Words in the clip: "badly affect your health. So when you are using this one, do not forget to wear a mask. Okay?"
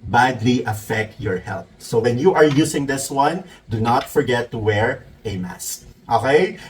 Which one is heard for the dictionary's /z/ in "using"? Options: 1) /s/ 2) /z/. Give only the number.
1